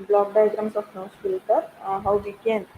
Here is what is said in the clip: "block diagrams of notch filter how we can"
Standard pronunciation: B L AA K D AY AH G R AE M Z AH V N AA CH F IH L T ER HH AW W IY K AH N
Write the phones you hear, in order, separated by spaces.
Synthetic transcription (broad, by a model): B L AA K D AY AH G R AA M S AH F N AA S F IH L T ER HH AW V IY K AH N